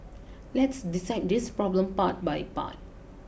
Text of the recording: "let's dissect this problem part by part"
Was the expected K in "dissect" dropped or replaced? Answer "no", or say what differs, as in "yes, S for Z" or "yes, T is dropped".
yes, K is dropped